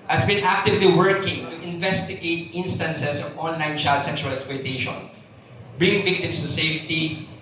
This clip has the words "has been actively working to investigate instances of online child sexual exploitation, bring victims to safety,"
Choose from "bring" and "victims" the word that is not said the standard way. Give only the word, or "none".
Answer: victims